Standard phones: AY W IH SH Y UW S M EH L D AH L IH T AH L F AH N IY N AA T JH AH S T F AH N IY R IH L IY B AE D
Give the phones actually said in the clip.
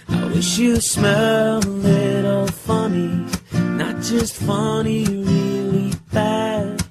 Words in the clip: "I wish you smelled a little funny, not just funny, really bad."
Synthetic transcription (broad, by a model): AY W IH SH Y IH S M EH L AH L IH T L F AH N IY N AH T JH AH S T F AH N IY R IH L IY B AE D